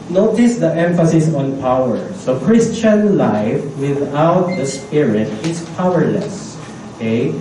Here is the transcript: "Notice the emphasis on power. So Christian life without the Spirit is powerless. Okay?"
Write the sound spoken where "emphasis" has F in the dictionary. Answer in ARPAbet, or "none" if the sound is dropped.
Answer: F